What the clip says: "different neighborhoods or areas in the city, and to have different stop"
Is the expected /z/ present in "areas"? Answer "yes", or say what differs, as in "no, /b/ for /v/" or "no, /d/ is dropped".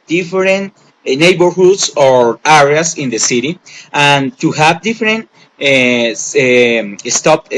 no, /s/ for /z/